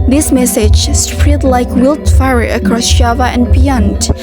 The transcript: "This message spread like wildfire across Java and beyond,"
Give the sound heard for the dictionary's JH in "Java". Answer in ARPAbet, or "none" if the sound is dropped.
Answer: SH